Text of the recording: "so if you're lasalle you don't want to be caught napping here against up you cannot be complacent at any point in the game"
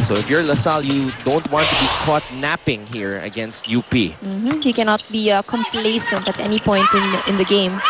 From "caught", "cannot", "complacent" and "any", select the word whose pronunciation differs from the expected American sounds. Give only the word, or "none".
none